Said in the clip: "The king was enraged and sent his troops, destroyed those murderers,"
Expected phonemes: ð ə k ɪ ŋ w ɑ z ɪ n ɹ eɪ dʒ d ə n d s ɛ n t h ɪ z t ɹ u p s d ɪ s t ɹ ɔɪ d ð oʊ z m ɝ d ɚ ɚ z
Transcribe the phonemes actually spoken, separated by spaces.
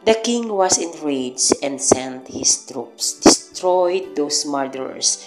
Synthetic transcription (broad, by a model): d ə k ɪ ŋ w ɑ s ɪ n ɹ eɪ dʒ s ə n d s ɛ n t h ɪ s t ɹ u p s d ɪ s t ɹ ɔɪ d oʊ s m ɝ d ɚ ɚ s